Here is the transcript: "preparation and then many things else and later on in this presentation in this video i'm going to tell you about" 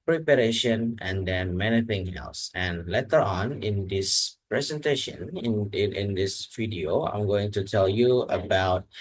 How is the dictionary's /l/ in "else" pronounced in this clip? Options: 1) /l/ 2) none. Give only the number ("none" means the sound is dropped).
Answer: 1